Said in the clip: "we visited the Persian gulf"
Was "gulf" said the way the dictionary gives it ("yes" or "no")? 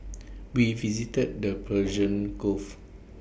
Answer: no